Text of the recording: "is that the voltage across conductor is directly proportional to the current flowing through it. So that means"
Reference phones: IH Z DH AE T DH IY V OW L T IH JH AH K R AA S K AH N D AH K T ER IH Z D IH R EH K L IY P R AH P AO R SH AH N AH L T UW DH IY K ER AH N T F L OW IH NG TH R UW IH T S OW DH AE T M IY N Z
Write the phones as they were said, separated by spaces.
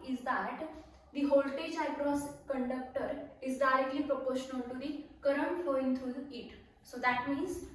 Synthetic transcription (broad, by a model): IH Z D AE T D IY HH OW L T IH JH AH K R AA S K AH N D AH K T ER IH Z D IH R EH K L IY P R AH P AO R SH AH N AH L T UW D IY K ER AH N T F OW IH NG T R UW IH T S OW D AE T M IY N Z